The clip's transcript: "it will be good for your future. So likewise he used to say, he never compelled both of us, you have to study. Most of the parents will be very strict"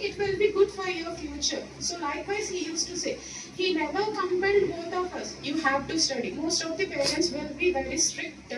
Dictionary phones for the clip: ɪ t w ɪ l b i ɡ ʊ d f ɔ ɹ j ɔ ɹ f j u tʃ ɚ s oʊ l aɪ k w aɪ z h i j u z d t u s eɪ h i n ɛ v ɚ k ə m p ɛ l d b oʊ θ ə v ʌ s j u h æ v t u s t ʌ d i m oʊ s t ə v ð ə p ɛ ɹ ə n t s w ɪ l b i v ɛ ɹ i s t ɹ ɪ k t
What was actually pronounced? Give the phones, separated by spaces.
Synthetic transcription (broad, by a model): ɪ t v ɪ l b i ɡ ʊ d f ɔ ɹ j ɔ ɹ f j u tʃ ɚ s oʊ l aɪ k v aɪ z h i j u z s t u s eɪ h i n ɛ v ɚ k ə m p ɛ n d b oʊ t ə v ʌ s j u h æ v t u s t ʌ d i m oʊ s t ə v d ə p ɛ ɹ ə n t s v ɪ l b i v ɛ ɹ i s t ɹ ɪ k t